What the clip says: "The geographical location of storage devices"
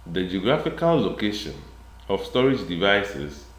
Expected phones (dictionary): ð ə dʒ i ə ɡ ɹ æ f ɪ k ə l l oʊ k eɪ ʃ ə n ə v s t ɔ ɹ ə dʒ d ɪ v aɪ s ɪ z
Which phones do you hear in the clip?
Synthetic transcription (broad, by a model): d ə dʒ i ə ɡ ɹ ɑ f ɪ k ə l l oʊ k eɪ ʃ ə n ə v s t ɔ ɹ ə dʒ d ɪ v aɪ s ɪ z